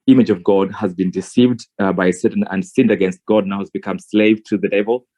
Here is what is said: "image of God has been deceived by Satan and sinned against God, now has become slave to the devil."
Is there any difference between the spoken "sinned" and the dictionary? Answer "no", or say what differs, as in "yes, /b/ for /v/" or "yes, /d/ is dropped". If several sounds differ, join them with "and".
no